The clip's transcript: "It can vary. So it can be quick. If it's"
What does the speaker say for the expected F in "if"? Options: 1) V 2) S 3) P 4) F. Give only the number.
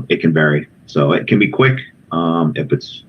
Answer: 3